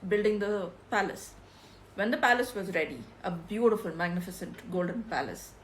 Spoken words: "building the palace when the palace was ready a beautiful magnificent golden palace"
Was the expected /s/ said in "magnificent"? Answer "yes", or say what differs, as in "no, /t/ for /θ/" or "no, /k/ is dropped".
yes